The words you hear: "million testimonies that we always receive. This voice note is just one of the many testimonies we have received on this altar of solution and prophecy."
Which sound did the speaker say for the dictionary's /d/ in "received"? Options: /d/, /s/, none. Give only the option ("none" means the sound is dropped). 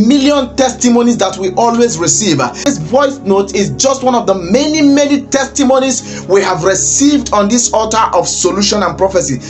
/d/